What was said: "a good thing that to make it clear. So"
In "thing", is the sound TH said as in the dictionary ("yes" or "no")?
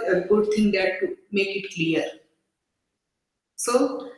no